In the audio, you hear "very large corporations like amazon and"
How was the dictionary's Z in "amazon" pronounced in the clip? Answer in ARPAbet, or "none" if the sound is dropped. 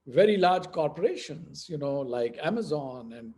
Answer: Z